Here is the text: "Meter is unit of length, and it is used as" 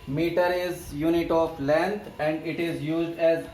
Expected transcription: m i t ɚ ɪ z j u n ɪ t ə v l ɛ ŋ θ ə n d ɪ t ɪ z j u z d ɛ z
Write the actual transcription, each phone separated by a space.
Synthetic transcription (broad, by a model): m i t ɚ ɪ z j u n ɪ t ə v l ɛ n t ə n d ɪ t ɪ z j u z d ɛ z